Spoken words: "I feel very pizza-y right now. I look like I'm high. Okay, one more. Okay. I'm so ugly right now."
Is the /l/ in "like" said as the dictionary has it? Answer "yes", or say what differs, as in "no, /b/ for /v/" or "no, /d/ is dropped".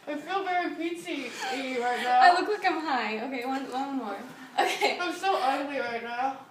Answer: no, /w/ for /l/